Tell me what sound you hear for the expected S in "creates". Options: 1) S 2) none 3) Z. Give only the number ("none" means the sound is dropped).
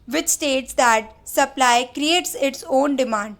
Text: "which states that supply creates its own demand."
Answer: 1